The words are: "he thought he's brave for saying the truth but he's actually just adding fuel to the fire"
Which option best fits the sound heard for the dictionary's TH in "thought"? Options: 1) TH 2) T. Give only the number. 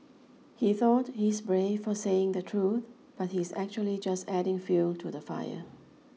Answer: 1